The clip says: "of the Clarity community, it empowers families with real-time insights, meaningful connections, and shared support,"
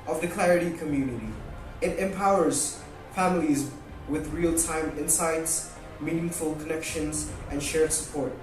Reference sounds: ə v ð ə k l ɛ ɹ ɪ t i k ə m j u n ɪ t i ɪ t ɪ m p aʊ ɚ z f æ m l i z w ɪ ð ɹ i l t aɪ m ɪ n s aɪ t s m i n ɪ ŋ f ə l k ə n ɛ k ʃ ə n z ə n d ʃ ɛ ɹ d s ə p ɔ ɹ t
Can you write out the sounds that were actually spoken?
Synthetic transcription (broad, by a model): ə v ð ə k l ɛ ɹ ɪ t i k ə m j u n ɪ t i ɪ t ɪ m p aʊ ɚ z f æ m l i z w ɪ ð ɹ i l t aɪ m ɪ n s aɪ t s m i n ɪ ŋ f ə l k ə n ɛ k ʃ ə n z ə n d ʃ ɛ ɹ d s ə p ɔ ɹ t